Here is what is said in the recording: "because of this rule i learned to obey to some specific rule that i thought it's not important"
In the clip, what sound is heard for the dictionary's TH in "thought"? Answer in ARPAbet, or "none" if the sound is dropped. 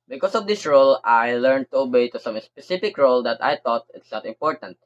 T